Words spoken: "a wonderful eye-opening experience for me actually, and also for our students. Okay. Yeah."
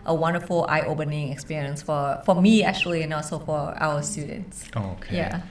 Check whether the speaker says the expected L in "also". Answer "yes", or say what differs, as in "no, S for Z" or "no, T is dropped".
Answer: no, L is dropped